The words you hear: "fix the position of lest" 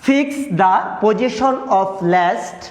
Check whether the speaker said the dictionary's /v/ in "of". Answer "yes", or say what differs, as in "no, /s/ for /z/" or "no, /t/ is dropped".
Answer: no, /p/ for /v/